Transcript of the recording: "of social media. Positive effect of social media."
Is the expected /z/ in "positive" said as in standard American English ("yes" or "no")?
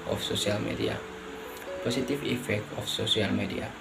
no